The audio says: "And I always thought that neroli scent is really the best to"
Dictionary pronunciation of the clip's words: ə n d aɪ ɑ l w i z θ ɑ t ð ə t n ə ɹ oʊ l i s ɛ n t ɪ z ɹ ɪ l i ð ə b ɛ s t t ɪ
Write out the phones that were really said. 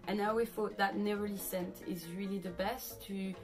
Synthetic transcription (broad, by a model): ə n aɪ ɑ w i θ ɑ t ð ə t n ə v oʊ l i s ɛ n t ɪ z ɹ ɪ l i ð ə b ɛ s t t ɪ